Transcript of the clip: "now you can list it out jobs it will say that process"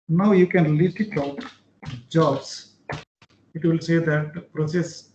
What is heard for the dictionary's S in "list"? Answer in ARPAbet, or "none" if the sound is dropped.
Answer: none